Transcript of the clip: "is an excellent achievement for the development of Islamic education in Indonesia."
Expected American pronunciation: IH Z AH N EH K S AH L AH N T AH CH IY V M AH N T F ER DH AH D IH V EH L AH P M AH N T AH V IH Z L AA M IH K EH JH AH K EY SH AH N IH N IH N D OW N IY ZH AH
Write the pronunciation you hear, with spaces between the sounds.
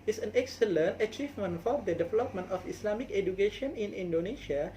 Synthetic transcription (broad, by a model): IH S AH N EH K S AH L AH N T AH CH IY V M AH N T F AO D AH D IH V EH L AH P M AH N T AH F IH S L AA M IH K EH JH AH K EY SH AH N IH N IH N D OW N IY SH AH